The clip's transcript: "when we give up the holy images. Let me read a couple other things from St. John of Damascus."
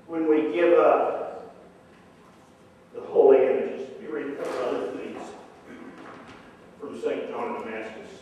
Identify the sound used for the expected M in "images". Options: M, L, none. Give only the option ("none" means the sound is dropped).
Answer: none